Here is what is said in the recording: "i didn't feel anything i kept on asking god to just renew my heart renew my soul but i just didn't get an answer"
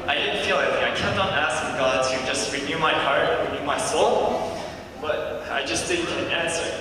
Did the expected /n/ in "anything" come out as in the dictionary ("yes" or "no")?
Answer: no